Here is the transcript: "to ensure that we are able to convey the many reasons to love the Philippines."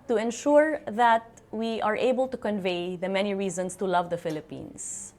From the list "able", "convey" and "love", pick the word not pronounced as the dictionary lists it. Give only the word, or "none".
none